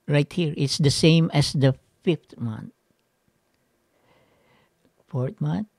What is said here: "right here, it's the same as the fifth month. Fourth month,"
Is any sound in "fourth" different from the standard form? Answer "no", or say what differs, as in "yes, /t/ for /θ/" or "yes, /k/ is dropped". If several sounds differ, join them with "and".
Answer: yes, /t/ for /θ/